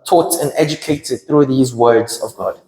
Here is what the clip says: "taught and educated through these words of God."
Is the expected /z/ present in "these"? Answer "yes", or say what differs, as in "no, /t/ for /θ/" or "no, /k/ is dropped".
yes